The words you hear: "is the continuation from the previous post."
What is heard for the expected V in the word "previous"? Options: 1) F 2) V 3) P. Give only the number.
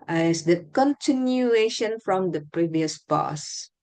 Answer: 2